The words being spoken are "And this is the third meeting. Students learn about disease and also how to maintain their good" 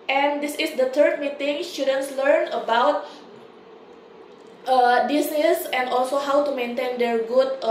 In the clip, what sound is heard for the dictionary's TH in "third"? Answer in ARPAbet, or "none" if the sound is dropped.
T